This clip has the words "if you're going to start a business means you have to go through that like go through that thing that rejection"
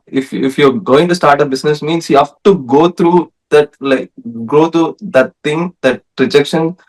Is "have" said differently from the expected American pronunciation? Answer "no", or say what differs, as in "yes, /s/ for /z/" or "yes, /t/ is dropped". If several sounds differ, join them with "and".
yes, /f/ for /v/